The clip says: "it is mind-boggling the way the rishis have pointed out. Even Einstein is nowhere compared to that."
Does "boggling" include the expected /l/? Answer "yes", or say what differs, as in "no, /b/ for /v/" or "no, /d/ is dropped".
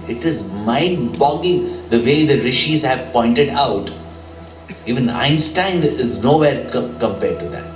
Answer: no, /l/ is dropped